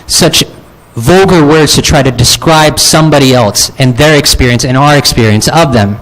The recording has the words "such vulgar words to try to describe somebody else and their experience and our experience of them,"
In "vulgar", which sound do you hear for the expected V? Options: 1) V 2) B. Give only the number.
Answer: 1